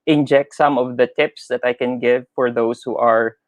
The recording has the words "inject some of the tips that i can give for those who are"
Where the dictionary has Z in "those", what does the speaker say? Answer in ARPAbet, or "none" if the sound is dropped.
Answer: S